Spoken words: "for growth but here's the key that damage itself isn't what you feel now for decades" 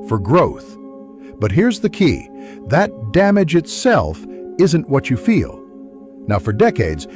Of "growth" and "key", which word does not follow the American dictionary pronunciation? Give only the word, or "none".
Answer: none